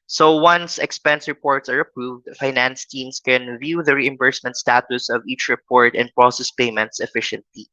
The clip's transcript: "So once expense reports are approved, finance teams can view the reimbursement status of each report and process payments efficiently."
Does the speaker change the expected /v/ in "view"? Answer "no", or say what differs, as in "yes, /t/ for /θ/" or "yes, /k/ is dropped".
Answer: no